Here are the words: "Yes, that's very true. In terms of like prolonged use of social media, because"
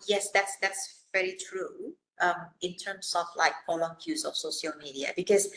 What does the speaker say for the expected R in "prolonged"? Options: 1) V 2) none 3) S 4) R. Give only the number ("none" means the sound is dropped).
2